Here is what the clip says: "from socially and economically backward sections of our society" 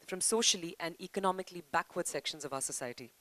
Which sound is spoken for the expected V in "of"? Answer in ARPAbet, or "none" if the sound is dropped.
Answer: V